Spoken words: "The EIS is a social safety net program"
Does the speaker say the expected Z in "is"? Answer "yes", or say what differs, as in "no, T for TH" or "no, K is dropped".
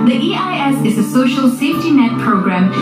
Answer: yes